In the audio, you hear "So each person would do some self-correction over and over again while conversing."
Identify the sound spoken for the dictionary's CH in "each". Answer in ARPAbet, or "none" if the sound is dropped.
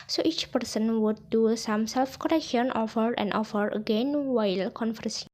CH